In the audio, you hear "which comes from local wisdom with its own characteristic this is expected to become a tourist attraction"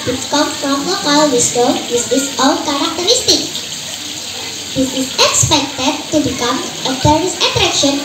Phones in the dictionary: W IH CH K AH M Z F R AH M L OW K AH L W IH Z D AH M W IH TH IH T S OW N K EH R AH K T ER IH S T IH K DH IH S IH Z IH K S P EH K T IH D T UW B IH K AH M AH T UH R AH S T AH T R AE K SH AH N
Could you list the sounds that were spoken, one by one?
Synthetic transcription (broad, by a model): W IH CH K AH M F R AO M L OW K AH L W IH S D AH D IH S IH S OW L K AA R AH K T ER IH S T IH K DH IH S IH S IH K S P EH K T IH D T UW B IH K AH M AH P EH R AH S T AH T R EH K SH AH N